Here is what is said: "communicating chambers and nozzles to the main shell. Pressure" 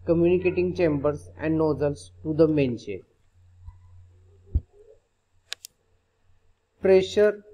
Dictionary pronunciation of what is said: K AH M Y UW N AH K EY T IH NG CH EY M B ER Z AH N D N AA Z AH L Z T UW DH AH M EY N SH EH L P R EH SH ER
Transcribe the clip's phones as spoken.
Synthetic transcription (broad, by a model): K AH M Y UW N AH K EY T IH NG CH EY M B ER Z AH N D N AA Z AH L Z T UW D AH M EY N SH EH N P R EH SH ER